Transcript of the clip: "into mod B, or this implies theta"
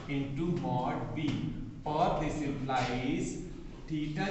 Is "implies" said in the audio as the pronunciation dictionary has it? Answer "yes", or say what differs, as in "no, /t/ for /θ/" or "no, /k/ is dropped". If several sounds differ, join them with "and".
no, /m/ is dropped